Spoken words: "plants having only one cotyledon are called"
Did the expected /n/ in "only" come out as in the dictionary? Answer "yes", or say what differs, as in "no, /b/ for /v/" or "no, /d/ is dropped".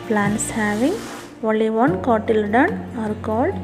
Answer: no, /n/ is dropped